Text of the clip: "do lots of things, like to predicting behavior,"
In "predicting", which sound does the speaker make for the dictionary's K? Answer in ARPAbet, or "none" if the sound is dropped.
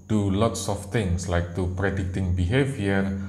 K